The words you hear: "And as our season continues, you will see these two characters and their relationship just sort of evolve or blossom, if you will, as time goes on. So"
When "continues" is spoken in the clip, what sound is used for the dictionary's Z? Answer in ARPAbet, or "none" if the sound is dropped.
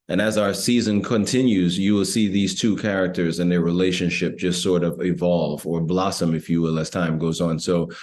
Z